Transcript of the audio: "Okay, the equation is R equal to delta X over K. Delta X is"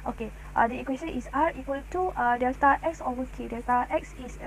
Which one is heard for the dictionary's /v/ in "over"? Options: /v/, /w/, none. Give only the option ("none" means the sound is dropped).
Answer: none